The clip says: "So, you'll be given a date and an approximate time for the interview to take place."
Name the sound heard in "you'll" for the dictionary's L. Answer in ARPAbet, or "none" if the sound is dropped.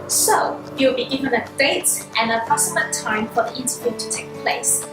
W